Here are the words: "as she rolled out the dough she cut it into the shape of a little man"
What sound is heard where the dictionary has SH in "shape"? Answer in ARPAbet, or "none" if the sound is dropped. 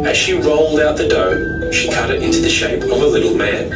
SH